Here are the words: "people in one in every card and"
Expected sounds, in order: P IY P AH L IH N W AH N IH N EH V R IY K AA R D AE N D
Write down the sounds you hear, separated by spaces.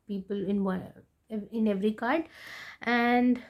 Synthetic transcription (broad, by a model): P IY P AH L IH N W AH IH N EH V R IY K AA R D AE N D